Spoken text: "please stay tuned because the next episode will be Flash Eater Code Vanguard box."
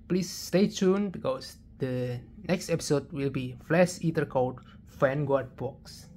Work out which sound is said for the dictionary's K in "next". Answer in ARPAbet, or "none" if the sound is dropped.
K